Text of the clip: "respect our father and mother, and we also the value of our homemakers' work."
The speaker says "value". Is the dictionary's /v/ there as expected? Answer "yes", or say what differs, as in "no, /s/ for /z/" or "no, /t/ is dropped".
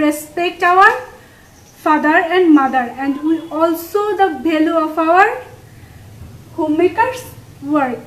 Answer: no, /b/ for /v/